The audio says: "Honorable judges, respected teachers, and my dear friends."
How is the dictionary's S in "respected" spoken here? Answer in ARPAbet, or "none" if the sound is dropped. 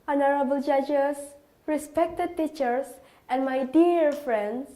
S